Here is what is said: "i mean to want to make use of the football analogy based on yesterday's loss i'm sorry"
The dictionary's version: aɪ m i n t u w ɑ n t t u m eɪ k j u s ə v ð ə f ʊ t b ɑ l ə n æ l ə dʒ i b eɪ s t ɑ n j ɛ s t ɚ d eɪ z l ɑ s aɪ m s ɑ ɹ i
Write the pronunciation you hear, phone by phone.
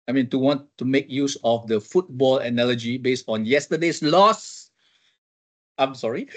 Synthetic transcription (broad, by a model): aɪ m i n t u w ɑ n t t u m eɪ k j u s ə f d ə f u t b ɑ l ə n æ l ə dʒ i b eɪ s t ɑ n j ɛ s t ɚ d eɪ s l ɑ s aɪ m s ɑ ɹ i